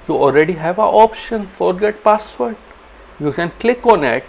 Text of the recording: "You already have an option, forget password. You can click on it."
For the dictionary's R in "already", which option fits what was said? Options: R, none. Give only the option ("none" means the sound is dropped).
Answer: R